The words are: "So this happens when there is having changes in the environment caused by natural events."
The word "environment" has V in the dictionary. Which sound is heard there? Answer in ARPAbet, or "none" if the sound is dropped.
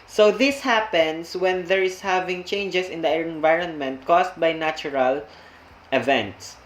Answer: V